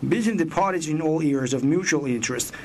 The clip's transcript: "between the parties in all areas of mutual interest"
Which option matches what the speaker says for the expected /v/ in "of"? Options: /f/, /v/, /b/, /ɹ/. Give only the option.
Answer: /v/